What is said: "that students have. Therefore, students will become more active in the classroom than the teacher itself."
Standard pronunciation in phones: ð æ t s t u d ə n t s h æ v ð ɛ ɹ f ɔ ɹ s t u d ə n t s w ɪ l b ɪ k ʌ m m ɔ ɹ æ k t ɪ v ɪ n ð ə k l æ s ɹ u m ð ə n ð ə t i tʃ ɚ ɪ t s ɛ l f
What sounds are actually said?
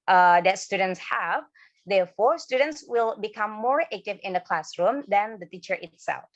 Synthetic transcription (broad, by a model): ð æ t s t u d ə n t s h æ v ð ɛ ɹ f ɔ ɹ s t u d ə n t s w ɪ l b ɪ k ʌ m m ɔ ɹ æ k t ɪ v ɪ n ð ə k l æ s ɹ u m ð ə n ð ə t i tʃ ɚ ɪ t s ɛ l f